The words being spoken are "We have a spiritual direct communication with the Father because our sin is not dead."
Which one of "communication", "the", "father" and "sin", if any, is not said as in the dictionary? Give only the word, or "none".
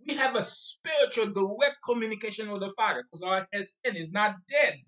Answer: father